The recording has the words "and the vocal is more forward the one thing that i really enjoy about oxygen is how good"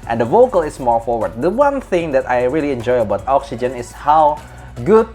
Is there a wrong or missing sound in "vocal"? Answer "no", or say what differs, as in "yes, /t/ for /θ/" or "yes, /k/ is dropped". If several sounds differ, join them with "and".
no